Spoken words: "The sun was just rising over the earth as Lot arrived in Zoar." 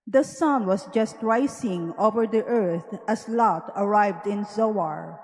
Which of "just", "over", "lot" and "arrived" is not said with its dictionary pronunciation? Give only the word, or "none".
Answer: none